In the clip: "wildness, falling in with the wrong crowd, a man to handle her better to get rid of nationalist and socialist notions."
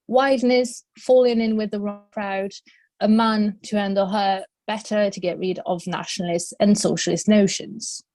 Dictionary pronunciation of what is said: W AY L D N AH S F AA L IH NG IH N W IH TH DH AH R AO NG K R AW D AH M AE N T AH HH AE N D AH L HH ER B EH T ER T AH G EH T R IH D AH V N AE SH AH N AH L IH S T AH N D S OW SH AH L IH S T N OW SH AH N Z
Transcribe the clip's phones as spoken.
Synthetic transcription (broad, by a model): W AY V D N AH S F AA L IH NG IH N W IH DH AH R AO NG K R AW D AH M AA N T AH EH N D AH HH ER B EH T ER T AH G EH T R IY D AH V N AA SH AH N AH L IH S T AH N S OW SH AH L IH S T N OW SH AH N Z